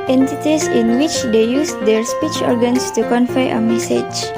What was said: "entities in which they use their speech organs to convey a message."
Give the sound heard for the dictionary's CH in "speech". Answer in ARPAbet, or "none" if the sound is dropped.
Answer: CH